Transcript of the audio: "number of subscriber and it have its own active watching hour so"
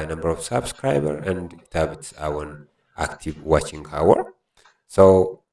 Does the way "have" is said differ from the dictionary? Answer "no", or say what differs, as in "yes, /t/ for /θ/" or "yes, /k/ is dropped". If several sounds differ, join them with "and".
yes, /b/ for /v/